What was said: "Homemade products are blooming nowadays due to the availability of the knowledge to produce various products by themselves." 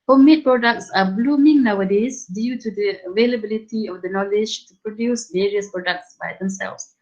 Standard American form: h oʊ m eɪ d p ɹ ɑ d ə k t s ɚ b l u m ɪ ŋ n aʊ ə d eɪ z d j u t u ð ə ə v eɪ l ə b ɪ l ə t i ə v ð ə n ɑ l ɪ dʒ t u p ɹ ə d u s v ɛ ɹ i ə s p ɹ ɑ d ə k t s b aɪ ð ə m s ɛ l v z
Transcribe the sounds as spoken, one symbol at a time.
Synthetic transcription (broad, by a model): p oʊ m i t p ɹ ɑ d ə k t s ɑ b l u m ɪ ŋ n aʊ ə d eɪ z d j u t u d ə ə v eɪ l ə b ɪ l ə t i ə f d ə n ɑ l ɪ dʒ t u p ɹ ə d u s v ɛ ɹ i ə s p ɹ ɑ d ə k t s b aɪ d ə m s ɛ l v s